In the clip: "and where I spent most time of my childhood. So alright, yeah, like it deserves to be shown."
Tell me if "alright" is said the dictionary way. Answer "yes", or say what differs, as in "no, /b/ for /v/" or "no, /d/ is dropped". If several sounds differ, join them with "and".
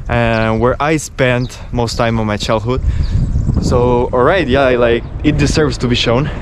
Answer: yes